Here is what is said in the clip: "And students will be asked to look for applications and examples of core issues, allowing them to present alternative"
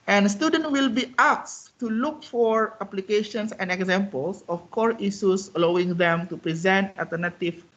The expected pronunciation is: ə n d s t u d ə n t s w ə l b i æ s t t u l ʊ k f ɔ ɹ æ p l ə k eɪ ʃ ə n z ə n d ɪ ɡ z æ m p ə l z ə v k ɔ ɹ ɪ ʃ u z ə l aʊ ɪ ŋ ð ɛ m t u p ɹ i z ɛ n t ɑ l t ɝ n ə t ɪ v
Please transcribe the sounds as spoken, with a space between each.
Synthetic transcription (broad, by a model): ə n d s t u d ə n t w ə l b i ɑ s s t u l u k f ɔ ɹ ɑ p l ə k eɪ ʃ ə n s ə n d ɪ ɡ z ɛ m p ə l s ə f k ɔ ɹ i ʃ u s ə l aʊ ɪ ŋ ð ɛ m t u p ɹ i z ɛ n t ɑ l t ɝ n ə t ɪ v